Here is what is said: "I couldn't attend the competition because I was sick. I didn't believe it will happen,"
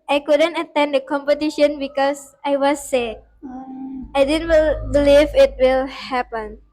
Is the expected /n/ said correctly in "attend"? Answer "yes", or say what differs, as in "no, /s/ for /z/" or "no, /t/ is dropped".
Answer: yes